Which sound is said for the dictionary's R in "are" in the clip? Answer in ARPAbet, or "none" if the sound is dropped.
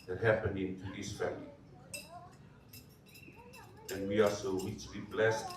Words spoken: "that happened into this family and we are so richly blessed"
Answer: L